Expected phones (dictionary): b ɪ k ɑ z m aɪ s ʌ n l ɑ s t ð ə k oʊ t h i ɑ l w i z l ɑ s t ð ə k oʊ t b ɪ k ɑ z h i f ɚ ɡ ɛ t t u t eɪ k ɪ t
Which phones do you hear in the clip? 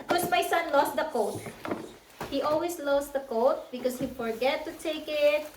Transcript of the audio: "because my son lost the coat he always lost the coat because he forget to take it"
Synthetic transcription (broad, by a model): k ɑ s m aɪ s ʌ n l ɑ s t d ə k oʊ t h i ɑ l w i s l ɑ s t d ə k oʊ t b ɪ k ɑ s h i f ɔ ɡ ɛ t t u t eɪ k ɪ t